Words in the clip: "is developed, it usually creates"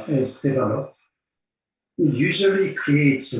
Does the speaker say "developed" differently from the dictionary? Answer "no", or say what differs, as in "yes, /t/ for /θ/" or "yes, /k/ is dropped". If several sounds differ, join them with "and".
yes, /p/ is dropped